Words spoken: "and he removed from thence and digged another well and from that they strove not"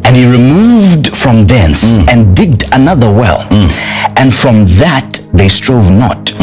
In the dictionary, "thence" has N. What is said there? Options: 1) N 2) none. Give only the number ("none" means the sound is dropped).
1